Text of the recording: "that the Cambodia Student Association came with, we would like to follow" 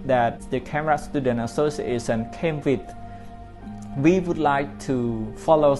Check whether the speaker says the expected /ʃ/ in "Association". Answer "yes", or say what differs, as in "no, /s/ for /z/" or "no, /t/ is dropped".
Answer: no, /s/ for /ʃ/